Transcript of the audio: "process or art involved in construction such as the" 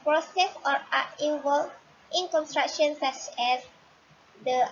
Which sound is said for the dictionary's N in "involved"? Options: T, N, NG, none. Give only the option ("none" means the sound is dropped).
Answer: none